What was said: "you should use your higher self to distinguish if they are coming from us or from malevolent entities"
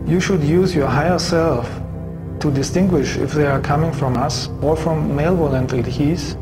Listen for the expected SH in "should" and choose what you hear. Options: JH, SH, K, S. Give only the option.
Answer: SH